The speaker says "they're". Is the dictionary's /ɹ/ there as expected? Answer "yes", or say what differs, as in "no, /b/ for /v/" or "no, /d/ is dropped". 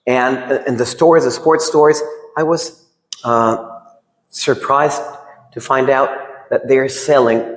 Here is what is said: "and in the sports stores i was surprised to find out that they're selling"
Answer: yes